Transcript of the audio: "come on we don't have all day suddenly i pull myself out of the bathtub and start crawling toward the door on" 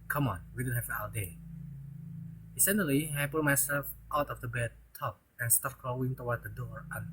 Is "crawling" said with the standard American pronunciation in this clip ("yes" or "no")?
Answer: no